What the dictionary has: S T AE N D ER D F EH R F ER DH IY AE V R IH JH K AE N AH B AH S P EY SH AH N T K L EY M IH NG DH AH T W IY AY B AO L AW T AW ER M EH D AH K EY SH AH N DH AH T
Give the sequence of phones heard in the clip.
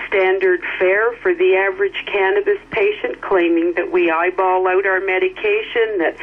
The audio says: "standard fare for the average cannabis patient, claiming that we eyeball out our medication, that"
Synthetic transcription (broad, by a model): S T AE N D ER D F EH R F ER DH IY AE V R IH JH K AE N AH B AH S P EY SH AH N K L EY M IH NG DH AH T W IY AY B AO L AW T AW ER M EH D AH K EY SH AH N DH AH T